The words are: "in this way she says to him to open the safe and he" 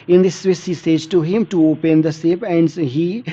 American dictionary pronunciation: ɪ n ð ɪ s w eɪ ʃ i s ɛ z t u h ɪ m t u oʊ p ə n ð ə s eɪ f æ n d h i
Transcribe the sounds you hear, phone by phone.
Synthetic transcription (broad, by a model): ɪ n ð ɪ s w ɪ s i s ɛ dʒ t u h ɪ m t u oʊ p ə n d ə s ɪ p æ n d h i